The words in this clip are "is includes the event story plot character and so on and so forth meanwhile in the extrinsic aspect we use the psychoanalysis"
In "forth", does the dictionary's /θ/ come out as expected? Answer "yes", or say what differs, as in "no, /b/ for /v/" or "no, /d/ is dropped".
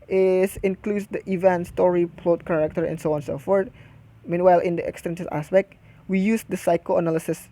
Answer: no, /t/ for /θ/